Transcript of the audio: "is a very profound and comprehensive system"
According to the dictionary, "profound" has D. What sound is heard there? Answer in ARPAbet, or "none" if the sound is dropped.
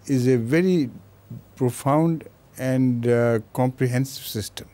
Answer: D